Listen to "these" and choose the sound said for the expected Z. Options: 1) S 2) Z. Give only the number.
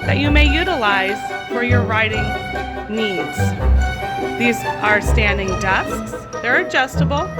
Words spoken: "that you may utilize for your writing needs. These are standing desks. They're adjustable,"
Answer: 2